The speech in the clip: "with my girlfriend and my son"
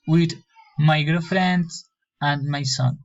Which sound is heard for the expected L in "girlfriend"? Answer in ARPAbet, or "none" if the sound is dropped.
none